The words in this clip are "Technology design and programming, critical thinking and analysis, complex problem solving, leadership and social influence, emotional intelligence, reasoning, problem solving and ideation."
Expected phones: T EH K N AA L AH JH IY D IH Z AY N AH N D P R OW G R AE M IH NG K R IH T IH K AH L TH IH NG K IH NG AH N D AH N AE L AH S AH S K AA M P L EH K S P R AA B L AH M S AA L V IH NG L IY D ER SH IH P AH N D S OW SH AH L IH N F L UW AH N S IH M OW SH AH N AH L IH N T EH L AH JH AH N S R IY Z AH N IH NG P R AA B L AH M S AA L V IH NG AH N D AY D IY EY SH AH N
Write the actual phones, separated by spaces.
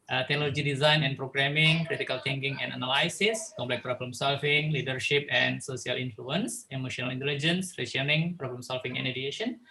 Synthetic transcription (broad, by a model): T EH K N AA L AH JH IY D IH Z AY N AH N P R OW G R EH M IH NG K R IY T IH K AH L T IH NG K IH NG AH N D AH N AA L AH S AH S K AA M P L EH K P R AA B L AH M S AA L F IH NG L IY D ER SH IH P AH N S OW S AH L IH N F L UW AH N S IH M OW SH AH N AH L IH N T EH L AH JH AH N S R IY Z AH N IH NG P R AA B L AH M S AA L F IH NG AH N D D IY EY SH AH N